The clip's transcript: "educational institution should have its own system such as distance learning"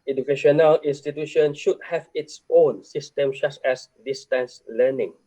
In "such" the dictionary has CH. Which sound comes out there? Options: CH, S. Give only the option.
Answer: S